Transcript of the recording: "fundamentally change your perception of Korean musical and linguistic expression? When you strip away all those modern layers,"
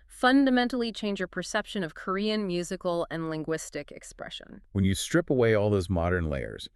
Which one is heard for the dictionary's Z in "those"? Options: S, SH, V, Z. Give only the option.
Z